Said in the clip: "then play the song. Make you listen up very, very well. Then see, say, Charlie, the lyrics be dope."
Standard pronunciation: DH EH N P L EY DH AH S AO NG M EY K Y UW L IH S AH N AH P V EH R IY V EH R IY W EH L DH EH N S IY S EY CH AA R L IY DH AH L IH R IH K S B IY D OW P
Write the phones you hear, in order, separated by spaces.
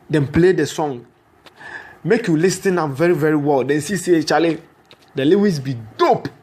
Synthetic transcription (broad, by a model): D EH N P L EY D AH S AO NG M EY K Y UW L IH S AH N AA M V EH R IY V EH R IY W EH L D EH N S IY S EY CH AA L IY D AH L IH W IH S B IY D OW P